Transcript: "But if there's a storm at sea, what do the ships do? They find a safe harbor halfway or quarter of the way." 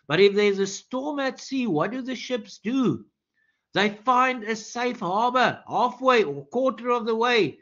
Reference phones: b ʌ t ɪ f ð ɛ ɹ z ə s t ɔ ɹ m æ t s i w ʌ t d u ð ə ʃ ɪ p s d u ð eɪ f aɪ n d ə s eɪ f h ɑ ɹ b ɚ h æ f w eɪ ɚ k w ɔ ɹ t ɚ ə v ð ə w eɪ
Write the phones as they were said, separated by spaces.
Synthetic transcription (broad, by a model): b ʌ t ɪ f ð ɛ ɹ z ə s t ɔ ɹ m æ t s i w ʌ t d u ð ə ʃ ɪ p s d u ð eɪ f aɪ n d ə s eɪ f h ɑ ɹ b ɚ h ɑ f w eɪ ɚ k w ɔ ɹ t ɚ ə v ð ə w eɪ